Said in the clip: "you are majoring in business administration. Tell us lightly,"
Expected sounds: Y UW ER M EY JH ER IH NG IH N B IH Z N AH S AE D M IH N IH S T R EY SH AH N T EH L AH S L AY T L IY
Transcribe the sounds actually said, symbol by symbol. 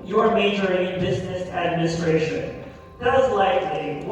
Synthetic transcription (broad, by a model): Y ER M EY JH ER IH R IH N B IH Z N AH S AE D M IH N IH S T R EY SH AH N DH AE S L AY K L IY